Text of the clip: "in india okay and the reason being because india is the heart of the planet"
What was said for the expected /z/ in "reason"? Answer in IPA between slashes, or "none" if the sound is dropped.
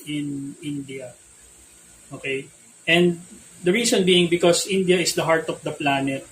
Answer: /s/